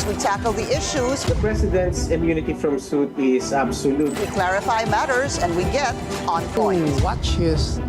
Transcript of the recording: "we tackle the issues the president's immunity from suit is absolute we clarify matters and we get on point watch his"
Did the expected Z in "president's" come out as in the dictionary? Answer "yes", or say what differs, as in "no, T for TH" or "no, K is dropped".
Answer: no, S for Z